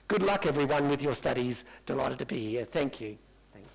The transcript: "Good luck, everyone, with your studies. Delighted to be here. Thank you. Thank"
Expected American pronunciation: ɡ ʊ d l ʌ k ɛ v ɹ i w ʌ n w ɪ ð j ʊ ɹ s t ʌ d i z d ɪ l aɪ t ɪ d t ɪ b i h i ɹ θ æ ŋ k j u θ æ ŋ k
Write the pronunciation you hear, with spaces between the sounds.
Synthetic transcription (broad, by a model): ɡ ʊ d l ʌ k ɛ v ɹ i w ʌ n w ɪ ð j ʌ ɹ s t ʌ d i z d ɪ l aɪ t ɪ d t ɪ b i h i ɹ θ æ ŋ k j u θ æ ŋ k